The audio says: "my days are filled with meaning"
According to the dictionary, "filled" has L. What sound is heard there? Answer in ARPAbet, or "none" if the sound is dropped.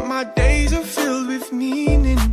L